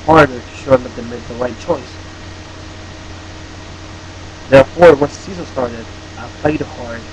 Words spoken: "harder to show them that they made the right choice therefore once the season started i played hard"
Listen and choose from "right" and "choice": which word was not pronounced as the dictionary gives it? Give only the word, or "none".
right